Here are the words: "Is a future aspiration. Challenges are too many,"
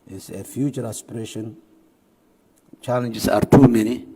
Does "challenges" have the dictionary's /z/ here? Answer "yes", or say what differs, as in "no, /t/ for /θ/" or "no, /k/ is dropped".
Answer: no, /s/ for /z/